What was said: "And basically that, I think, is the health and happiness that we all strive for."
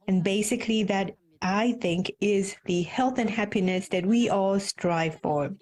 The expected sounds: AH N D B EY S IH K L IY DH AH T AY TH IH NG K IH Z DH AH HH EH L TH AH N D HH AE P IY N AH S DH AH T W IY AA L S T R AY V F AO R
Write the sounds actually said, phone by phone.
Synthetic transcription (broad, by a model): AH N B EY S IH K L IY DH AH T AY TH IH NG K IH Z DH AH HH EH L TH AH N HH AE P IY N AH S DH AH T W IY AA L S T R AY V F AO R